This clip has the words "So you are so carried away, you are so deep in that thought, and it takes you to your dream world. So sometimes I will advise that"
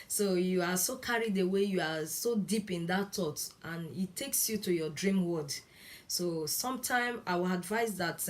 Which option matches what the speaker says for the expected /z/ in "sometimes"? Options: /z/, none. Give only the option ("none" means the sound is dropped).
none